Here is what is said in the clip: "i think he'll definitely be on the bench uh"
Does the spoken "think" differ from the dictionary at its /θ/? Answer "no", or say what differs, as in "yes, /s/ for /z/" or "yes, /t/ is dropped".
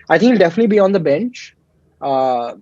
yes, /t/ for /θ/